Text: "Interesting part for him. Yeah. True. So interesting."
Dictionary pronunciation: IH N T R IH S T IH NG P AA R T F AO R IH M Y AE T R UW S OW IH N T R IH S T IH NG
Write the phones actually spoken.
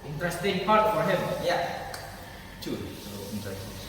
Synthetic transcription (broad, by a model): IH N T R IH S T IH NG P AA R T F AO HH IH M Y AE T UW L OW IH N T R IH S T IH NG